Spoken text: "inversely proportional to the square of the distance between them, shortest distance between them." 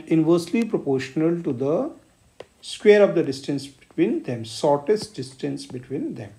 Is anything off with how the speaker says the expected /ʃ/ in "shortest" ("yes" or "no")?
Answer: yes